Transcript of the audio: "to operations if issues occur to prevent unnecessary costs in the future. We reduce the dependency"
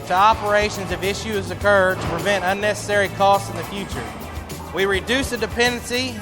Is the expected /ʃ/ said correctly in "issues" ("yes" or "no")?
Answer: yes